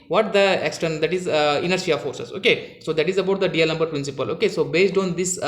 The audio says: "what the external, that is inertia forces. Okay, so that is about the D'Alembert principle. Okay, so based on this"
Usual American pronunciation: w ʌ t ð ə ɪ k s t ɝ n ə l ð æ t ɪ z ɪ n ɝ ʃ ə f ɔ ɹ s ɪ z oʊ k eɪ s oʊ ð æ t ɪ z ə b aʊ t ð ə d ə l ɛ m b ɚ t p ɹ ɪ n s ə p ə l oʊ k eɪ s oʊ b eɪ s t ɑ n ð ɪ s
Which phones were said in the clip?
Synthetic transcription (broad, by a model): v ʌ t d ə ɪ k s t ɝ n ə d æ t ɪ z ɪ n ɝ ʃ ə f ɔ ɹ s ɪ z oʊ k eɪ s oʊ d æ t ɪ z ə b aʊ t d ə d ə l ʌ m b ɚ t p ɹ ɪ n s ə p ə l oʊ k eɪ s oʊ b eɪ s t ɑ n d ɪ s